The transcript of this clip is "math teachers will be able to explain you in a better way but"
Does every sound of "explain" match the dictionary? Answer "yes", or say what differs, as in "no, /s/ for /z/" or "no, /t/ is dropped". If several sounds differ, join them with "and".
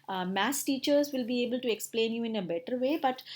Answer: yes